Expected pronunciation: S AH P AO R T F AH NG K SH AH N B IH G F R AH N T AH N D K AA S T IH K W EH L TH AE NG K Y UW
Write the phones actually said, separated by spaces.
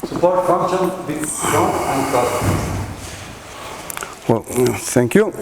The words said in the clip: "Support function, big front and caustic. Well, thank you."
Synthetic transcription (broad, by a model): S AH P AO R T F AH NG K SH AH N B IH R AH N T AH N D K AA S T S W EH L T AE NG K Y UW